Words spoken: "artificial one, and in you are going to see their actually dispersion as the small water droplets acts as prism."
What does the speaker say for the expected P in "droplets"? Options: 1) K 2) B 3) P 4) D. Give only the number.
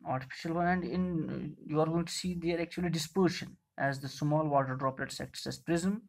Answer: 3